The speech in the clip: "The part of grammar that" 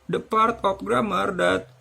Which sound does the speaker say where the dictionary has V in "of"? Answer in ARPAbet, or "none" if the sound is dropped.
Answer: P